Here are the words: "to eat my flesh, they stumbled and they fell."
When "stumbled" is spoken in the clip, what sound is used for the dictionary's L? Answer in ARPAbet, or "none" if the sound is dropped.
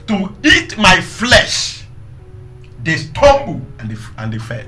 N